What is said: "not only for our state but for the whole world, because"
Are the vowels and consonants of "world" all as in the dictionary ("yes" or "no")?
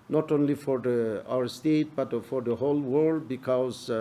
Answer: yes